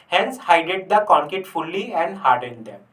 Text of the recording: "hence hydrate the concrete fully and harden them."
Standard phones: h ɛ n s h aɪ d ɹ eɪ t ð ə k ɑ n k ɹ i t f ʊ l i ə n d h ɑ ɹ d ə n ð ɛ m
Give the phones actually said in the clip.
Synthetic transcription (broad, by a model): h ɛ n s h aɪ d eɪ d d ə k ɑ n k i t f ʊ l i ə n d h ɑ ɹ d ə n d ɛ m